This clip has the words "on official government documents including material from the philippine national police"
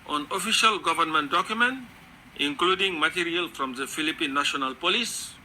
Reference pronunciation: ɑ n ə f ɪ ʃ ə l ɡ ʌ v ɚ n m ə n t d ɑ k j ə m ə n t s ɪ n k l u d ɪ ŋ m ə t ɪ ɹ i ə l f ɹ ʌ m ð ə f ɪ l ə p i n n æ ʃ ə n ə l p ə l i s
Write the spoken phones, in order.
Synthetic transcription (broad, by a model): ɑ n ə f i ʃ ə l ɡ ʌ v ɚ n m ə n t d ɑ k j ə m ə n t ɪ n k l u d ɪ ŋ m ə t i ɹ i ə l f ɹ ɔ m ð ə f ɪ l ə p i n n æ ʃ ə n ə l p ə l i s